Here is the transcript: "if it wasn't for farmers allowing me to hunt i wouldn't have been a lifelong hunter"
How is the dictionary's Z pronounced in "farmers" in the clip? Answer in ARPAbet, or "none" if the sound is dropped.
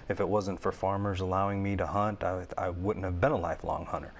Z